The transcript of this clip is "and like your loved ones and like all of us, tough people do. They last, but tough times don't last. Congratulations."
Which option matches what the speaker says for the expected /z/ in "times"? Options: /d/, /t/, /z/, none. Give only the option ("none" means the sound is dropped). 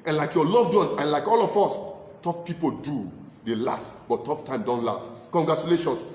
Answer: none